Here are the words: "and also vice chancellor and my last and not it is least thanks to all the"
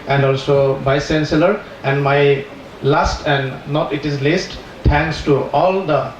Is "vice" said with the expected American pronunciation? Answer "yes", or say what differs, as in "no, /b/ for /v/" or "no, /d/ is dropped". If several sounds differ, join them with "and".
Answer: no, /b/ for /v/